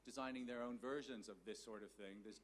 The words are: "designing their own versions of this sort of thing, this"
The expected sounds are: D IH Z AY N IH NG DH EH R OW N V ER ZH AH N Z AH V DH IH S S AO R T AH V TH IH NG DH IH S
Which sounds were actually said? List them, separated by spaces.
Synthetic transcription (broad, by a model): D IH Z AY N IH NG DH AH R OW N V ER ZH AH N Z AH V DH IH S S AO R T AH V TH IH NG DH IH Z